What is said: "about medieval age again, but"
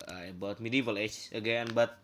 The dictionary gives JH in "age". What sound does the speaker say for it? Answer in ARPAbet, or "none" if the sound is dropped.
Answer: CH